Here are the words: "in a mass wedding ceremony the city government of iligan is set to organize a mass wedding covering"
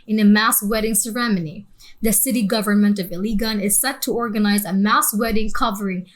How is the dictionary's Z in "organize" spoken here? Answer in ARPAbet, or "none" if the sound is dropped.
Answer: Z